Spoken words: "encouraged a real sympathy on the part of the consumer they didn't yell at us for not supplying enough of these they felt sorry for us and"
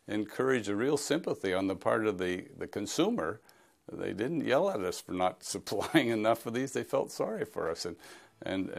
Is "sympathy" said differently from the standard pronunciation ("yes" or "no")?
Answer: no